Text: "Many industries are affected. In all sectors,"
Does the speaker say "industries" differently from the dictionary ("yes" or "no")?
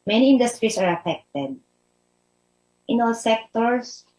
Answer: yes